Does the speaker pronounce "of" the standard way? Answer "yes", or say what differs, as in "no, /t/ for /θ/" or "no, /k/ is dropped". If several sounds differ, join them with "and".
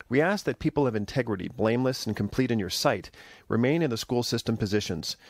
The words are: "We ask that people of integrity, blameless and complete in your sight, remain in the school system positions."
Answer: yes